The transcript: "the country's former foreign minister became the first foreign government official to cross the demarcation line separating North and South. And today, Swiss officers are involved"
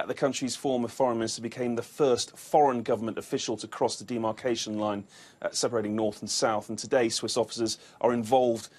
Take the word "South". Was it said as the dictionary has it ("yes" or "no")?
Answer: yes